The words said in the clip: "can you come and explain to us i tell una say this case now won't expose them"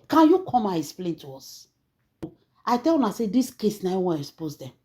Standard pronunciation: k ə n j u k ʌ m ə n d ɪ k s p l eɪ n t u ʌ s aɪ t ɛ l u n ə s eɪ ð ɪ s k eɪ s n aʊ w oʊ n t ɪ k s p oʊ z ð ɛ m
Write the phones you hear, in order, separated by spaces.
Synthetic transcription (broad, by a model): k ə n j u k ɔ m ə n ɪ k s p l eɪ n t u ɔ s aɪ t ɛ l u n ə s eɪ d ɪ s k eɪ s n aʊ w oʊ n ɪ s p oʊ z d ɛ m